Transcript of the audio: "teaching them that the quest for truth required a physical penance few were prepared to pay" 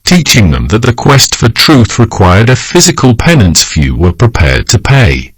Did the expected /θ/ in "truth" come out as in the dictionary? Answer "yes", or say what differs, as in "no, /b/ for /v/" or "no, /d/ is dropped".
yes